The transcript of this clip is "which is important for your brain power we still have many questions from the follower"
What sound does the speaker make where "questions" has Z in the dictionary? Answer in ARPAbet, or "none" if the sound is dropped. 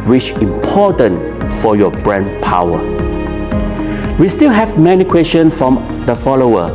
none